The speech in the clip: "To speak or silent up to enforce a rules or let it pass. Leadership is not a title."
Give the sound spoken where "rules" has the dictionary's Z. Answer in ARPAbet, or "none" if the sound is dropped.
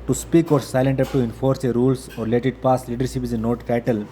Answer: S